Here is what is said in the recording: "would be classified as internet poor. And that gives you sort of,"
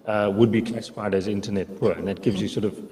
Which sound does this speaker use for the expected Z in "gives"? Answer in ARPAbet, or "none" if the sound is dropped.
Z